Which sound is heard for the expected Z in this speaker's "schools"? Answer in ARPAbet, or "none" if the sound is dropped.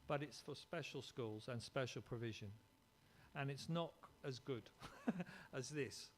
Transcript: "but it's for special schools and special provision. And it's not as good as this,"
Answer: Z